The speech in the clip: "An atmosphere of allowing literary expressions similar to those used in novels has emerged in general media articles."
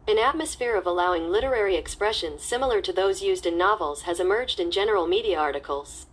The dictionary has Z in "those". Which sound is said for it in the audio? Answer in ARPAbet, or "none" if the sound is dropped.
Z